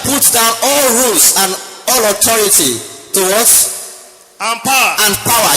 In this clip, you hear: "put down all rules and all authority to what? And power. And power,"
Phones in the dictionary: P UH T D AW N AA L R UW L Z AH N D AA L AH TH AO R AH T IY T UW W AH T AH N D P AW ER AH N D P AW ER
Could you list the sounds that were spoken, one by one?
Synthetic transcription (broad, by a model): P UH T D AW N AA L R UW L S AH N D AA L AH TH AO R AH T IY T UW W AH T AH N P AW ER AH N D P AW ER